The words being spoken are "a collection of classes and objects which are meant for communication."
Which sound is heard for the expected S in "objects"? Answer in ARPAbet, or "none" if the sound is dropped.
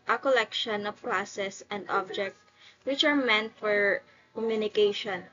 none